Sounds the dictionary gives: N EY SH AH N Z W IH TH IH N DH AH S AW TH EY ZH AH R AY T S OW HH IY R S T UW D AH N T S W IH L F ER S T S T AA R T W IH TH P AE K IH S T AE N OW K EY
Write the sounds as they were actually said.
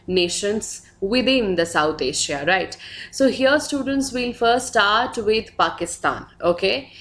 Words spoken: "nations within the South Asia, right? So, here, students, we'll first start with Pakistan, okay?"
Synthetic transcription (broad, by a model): N EY SH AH N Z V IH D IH N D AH S AW T EY SH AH R AY T S OW HH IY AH S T UW D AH N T S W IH L F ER T S T AA R T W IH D P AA K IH S T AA N OW K EY